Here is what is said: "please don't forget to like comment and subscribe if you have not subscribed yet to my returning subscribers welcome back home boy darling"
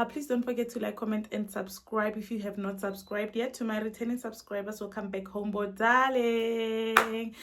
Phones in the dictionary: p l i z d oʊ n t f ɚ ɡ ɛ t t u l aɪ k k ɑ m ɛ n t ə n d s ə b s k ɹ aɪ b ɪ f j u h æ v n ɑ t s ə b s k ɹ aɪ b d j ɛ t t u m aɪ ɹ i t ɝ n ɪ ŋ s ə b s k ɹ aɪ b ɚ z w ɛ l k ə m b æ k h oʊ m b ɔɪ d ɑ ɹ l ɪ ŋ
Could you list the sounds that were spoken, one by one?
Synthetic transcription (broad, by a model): p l i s d oʊ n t f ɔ ɡ ɛ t t u l aɪ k k ɑ m ɛ n t ə n d s ə b s k ɹ aɪ b ɪ f j u h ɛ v n ɑ t s ə b s k ɹ aɪ b d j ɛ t t u m aɪ ɹ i t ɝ n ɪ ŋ s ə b s k ɹ aɪ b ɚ s w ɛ l k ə m b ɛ k h oʊ m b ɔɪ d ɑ l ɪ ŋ